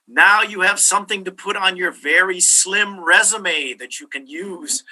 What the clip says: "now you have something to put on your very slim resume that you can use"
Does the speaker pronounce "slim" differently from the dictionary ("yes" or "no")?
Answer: no